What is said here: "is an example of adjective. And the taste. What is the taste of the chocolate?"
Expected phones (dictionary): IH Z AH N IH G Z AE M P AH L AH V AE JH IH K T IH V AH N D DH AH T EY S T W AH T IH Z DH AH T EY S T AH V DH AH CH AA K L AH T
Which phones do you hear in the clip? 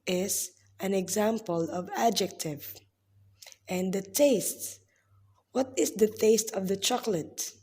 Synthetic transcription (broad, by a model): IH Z AH N IH G Z AE M P AH L AH V AE JH IH K T IH V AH N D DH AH T EY S T W AH T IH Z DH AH T EY S T AH V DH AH CH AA K L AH T